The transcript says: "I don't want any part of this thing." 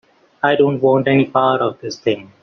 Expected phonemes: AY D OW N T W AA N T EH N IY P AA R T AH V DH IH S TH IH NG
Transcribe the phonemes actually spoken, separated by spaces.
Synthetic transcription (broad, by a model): AY D OW N T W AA N T EH N IY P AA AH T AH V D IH S T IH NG